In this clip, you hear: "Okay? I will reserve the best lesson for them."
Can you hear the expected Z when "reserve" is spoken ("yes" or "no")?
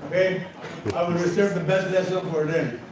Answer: no